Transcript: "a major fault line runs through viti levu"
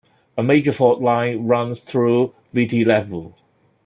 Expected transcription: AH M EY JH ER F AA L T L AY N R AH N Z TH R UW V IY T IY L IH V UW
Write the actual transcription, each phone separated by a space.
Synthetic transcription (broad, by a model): AH M EY JH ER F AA T L AY N R AH N Z TH R UW V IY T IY L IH V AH